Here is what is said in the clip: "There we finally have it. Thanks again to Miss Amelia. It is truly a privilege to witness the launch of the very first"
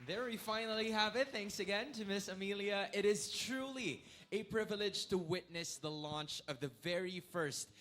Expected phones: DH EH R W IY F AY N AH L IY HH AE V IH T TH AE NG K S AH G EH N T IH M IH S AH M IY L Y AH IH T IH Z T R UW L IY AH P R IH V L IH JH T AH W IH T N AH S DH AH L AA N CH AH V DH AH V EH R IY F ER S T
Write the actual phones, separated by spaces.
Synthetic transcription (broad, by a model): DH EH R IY F AY N L IY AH V IH T TH AE NG K S AH G EH N T IH M IH S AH M IY L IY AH IH T IH Z T R UW L IY AH P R IH V L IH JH T AH W IH T N AH S DH AH L AA N CH AH V DH AH V EH R IY F ER S T